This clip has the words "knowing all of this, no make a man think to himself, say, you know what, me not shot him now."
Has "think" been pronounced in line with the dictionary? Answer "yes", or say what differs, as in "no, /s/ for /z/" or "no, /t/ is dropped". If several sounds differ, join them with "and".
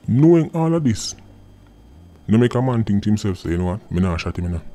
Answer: no, /t/ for /θ/